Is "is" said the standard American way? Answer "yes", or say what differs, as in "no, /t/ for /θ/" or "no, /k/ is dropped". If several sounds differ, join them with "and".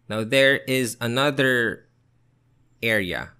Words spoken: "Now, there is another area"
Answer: yes